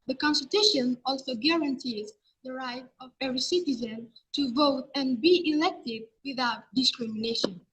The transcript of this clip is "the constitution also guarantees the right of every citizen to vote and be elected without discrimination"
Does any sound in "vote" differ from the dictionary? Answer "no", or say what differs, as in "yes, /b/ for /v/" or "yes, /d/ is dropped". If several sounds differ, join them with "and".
no